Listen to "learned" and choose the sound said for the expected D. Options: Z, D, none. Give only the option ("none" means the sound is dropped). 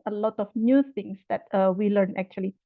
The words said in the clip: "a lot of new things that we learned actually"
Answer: none